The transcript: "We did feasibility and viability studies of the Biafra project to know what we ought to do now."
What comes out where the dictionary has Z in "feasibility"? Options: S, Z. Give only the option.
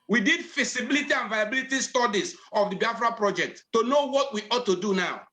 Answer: S